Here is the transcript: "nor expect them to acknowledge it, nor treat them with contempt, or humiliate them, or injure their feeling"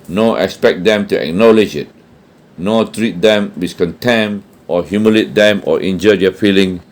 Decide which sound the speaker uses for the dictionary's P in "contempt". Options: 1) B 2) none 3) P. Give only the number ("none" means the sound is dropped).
2